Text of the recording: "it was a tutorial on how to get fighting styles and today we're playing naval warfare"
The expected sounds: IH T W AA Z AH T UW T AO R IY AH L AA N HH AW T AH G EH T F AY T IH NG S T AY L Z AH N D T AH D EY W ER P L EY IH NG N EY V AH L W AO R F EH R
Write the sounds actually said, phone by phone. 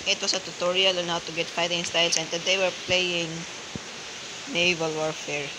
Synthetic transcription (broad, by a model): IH T W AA S AH T UW T AO R IY AH L AA N HH AW T AH G EH T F AY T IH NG S T AY L S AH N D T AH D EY W ER P L EY IH NG N EY V AH L W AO R F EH R